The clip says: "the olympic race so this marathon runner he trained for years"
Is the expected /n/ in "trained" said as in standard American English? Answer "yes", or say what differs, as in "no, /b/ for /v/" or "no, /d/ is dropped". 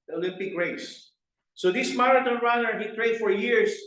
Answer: no, /n/ is dropped